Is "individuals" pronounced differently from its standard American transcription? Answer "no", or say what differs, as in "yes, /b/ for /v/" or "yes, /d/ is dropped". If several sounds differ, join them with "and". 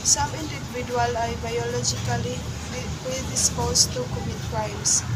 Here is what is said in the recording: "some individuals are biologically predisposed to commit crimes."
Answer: yes, /z/ is dropped